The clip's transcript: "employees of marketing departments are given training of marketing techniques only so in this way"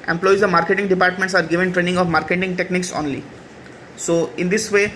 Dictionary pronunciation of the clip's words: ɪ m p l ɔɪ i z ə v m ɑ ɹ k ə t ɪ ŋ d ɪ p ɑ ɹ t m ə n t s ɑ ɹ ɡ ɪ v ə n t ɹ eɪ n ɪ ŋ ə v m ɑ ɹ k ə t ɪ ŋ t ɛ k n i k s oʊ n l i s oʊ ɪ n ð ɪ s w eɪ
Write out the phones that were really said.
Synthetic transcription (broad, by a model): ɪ m p l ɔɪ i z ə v m ɑ ɹ k ə t ɪ ŋ d ɪ p ɑ ɹ t m ə n t s ɑ ɹ ɡ ɪ v ə n t ɹ eɪ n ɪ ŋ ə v m ɑ ɹ k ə t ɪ ŋ t ɛ k n i k s oʊ n l i s oʊ ɪ n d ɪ s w eɪ